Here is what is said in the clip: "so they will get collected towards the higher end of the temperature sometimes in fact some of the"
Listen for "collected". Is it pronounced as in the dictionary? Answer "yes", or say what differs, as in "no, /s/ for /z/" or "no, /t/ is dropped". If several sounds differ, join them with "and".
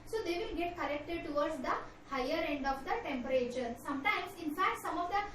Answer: no, /n/ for /l/